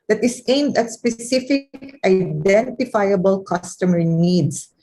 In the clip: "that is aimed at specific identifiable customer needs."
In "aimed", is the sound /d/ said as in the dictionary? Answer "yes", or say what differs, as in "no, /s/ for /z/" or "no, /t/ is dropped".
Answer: yes